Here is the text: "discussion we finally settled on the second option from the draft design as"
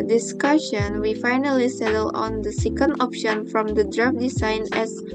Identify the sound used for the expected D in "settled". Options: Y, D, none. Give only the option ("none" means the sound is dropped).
none